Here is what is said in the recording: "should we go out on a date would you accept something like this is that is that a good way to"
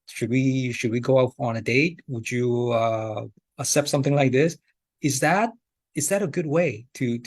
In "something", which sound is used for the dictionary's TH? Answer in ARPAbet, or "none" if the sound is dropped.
TH